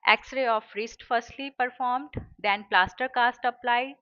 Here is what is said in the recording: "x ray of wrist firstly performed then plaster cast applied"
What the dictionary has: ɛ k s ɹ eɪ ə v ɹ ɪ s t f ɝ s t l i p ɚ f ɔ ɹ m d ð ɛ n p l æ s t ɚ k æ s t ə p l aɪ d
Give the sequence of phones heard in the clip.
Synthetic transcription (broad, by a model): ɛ k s ɹ eɪ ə f ɹ ɪ s t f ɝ s t l i p ɚ f ɔ ɹ m d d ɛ n p l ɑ s t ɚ k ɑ s t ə p l aɪ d